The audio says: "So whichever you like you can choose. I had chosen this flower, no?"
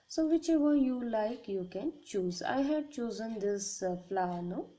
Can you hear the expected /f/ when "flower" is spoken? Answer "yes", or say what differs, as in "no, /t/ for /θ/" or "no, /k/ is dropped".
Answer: no, /p/ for /f/